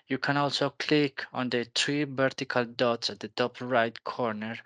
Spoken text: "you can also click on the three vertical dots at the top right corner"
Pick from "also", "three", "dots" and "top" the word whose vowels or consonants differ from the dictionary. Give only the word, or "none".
three